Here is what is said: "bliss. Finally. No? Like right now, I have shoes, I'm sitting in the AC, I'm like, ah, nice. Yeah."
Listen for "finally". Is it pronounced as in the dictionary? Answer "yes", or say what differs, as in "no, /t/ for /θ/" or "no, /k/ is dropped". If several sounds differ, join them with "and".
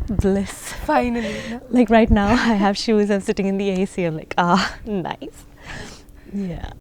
no, /l/ is dropped